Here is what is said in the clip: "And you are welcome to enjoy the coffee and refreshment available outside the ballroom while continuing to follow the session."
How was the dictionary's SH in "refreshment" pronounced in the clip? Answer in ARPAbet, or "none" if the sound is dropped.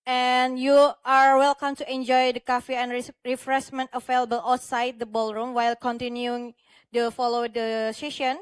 S